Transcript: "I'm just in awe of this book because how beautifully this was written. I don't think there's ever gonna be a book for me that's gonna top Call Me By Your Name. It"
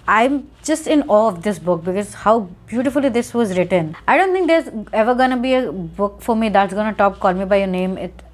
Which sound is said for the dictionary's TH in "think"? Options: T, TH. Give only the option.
T